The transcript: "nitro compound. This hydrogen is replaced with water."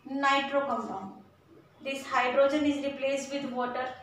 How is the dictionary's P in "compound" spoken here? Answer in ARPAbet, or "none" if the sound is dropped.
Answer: F